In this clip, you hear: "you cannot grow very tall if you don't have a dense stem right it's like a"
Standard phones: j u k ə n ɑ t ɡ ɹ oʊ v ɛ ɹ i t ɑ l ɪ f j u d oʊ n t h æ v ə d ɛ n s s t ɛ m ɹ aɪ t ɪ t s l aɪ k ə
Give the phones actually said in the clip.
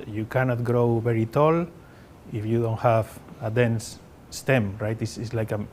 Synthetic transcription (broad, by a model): j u k ə n ɑ t ɡ ɹ oʊ v ɛ ɹ i t ɑ l ɪ f j u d oʊ n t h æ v ə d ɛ n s s t ɛ m ɹ aɪ t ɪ s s l aɪ k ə